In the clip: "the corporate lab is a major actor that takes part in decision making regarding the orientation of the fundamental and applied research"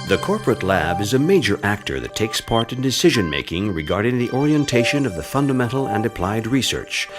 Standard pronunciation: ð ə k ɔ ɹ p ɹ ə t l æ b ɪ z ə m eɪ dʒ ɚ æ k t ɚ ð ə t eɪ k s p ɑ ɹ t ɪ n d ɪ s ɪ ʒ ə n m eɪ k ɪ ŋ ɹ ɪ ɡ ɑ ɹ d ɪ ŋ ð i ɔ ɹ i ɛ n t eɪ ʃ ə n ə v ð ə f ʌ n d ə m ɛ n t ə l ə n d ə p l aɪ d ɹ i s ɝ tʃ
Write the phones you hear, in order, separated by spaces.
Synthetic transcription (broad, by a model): ð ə k ɔ ɹ p ɹ ə t l æ b ɪ z ə m eɪ dʒ ɚ æ k t ɚ ð ə t eɪ k s p ɑ ɹ t ɪ n d ɪ s ɪ ʒ ə n m eɪ k ɪ ŋ ɹ ɪ ɡ ɑ ɹ d ɪ ŋ ð i ɔ ɹ i ɛ n t eɪ ʃ ə n ə v ð ə f ʌ n d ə m ɛ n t l ə n d ə p l aɪ d ɹ i s ɝ tʃ